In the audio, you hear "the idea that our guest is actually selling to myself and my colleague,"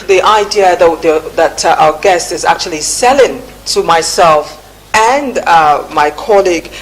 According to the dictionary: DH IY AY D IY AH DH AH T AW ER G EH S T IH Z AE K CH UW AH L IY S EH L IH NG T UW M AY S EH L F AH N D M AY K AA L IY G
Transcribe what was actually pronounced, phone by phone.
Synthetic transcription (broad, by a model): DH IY AY D IY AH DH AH T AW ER G EH S T IH Z AE K CH UW AH L IY S EH L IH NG T UW M AY S EH L F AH N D M AY K AA L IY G